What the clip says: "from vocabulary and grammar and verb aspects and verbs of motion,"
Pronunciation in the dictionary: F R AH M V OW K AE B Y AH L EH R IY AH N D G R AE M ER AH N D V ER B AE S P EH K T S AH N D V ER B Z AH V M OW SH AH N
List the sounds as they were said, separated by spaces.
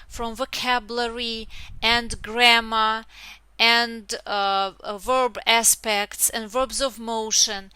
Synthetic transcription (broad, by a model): F R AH M V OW K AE B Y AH L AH R IY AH N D G R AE M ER AH N D V ER B AE S P EH K T S AH N D V ER B Z AH V M OW SH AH N